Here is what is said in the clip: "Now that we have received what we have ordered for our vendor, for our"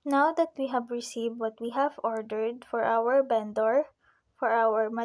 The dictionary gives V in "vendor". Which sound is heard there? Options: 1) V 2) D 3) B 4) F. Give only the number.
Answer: 3